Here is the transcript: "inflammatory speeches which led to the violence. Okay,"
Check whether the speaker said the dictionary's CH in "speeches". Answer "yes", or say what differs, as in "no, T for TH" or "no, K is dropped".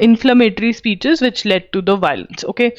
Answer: yes